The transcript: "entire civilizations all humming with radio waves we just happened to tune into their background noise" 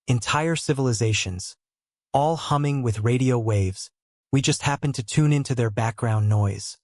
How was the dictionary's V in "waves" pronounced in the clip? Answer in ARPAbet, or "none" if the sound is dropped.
V